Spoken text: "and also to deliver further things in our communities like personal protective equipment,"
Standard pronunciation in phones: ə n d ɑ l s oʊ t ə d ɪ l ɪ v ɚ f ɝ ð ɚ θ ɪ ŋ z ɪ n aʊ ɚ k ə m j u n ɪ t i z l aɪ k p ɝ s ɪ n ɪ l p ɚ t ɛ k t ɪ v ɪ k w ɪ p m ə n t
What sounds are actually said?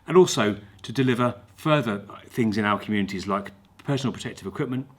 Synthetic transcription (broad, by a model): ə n ɑ l s oʊ t ə d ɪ l ɪ v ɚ f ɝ ð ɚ θ ɪ ŋ z ɪ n aʊ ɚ k ə m j u n ɪ t i z l aɪ k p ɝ s n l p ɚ t ɛ k t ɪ v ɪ k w ɪ p m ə n t